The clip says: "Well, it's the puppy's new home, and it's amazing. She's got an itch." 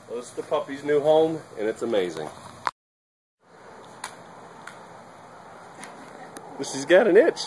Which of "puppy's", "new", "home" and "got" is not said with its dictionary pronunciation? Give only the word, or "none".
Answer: none